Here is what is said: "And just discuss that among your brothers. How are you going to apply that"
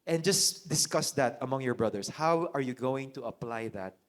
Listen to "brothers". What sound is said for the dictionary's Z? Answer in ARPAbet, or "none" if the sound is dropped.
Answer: S